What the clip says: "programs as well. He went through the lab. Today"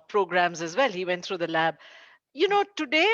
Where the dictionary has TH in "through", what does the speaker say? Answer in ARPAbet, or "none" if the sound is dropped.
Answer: T